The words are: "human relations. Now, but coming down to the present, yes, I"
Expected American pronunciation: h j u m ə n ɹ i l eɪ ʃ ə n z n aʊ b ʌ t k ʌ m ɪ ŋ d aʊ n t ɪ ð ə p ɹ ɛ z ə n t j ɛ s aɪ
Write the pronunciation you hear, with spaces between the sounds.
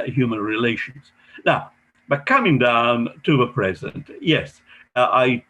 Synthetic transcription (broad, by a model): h j u m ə n ɹ i l eɪ ʃ ə n z n aʊ b ʌ t k ʌ m ɪ ŋ d aʊ n t ɪ ð ə p ɹ ɛ z ə n t j ɛ s aɪ